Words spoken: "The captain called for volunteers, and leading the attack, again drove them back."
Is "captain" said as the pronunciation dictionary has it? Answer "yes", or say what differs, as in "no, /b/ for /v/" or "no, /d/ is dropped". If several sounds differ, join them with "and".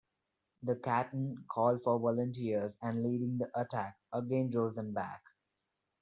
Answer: no, /p/ is dropped